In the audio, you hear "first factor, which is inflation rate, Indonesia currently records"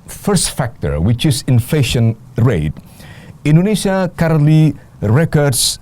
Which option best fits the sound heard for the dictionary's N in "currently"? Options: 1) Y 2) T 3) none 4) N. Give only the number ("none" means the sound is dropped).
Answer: 3